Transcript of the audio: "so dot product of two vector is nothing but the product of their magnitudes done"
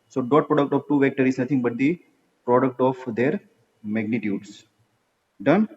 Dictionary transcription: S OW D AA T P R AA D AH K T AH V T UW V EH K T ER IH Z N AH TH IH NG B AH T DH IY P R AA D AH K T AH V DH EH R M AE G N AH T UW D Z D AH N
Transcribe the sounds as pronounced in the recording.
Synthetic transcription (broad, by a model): S OW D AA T P R AA D AH K T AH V T UW V EH K T ER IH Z N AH T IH NG B AH T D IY P R AA D AH K T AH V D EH R M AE G N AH T UW D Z D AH N